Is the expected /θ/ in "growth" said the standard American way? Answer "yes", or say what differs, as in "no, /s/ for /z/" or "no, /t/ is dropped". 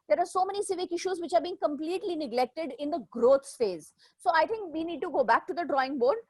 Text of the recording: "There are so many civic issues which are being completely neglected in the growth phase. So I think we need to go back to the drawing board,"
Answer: no, /s/ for /θ/